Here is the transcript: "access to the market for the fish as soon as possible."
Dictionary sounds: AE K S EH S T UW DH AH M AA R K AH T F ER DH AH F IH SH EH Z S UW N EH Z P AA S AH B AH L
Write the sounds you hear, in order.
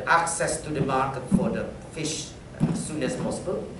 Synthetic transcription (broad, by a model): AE K S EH S T UW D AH M AA K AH T F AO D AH F IH SH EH S UW N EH S P AA S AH B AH L